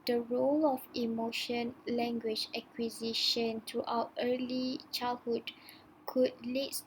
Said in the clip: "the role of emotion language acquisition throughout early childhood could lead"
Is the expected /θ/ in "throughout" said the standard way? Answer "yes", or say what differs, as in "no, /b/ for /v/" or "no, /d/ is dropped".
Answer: no, /t/ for /θ/